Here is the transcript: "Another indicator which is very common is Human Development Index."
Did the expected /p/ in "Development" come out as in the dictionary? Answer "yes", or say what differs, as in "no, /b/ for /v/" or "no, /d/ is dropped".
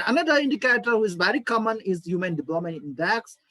no, /p/ is dropped